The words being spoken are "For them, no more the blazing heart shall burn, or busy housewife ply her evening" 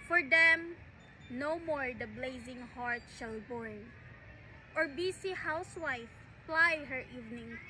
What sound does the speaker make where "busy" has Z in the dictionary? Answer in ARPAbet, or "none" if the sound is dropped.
S